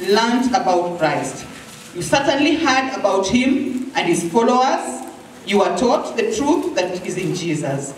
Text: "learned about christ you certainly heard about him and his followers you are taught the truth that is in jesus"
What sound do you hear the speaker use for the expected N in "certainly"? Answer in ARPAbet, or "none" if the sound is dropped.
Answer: N